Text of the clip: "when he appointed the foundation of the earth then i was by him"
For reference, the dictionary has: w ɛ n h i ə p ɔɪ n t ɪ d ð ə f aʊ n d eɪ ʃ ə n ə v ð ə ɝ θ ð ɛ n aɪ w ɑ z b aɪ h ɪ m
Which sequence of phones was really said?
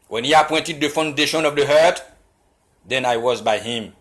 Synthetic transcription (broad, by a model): w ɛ n h i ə p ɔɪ n t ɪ d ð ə f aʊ n d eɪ ʃ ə n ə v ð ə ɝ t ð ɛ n aɪ w ɑ z b aɪ h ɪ m